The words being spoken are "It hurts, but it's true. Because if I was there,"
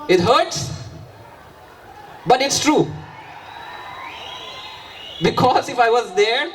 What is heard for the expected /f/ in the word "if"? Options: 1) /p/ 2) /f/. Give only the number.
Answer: 2